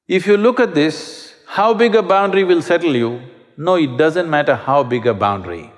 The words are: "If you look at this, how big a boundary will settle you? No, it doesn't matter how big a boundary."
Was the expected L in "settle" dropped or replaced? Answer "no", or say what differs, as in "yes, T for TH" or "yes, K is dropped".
no